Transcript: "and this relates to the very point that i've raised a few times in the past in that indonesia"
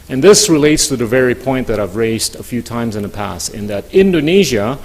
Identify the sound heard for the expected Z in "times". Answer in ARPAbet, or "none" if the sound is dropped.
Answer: Z